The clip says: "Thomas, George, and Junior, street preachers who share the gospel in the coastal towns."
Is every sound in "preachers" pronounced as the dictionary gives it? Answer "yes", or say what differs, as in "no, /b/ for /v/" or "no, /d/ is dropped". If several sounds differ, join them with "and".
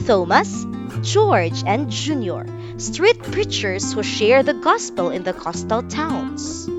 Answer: no, /s/ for /z/